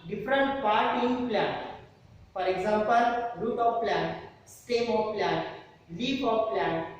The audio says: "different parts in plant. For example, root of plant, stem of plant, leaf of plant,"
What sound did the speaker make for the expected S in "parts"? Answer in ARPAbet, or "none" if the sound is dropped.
none